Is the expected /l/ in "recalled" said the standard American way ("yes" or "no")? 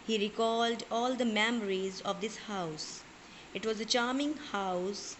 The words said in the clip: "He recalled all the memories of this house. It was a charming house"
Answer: yes